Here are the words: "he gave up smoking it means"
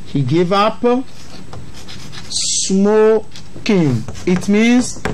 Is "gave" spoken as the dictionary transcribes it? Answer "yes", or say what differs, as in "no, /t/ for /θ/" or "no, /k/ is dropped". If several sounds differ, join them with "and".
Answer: yes